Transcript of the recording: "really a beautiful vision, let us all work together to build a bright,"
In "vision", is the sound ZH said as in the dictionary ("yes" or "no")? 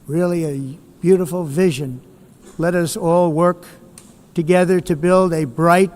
yes